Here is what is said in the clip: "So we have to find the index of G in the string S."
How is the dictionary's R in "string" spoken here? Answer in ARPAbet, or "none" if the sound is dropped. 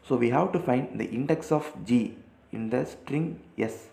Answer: R